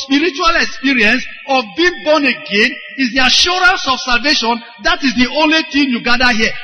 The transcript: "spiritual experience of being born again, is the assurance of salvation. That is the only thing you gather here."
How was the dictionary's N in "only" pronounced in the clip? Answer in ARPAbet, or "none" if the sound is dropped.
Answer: N